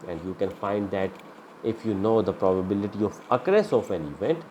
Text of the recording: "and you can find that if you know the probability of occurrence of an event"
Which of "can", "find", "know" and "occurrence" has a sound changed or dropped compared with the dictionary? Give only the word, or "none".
occurrence